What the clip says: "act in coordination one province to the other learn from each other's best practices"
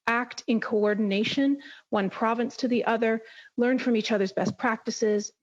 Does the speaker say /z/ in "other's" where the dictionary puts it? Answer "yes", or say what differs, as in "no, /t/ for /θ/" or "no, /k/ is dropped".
yes